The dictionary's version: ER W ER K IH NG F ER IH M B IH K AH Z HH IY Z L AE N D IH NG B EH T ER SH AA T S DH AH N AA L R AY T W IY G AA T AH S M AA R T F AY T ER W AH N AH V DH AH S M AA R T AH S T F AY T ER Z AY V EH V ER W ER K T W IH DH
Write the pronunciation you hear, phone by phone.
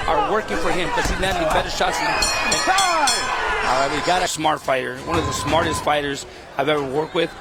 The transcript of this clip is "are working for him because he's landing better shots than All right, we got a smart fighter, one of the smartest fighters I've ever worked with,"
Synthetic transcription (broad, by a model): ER W ER K IH NG F ER IH M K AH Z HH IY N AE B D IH B EH T ER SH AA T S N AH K AA L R AY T W IY G AA T AH S M AA R T F AY T ER W AH N AH V DH AH S M AA R T AH S T F AY T ER Z AY V EH V ER W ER K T W IH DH